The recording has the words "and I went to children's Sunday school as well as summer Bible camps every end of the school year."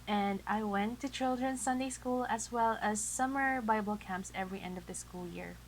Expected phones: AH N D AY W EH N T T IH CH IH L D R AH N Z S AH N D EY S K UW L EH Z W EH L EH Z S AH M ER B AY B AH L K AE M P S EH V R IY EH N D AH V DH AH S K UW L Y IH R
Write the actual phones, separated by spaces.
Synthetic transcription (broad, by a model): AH N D AY W EH N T T IH CH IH L D R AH N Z S AH N D EY S K UW L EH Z W EH L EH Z S AH M ER B AY B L K AE M P S EH V R IY EH N D AH V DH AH S K UW L Y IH R